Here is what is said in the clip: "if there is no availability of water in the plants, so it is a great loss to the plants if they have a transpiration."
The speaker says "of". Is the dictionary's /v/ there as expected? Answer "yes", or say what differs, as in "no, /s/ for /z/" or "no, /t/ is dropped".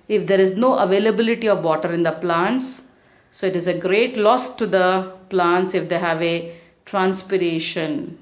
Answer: yes